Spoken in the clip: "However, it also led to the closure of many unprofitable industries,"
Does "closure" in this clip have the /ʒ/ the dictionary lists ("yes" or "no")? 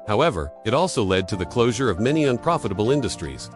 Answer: yes